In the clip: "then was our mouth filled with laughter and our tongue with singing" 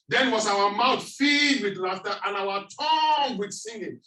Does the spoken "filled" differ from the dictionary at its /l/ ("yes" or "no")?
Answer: yes